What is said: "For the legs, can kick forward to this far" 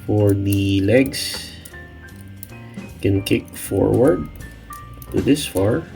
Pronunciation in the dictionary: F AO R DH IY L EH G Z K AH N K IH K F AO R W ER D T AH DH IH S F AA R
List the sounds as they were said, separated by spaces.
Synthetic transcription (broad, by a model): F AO R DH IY L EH G S K AH N K IH K F AO R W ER D T AH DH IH S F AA R